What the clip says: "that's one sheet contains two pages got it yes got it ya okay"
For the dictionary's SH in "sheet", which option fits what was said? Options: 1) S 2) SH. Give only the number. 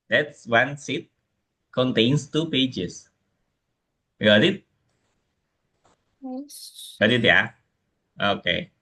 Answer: 1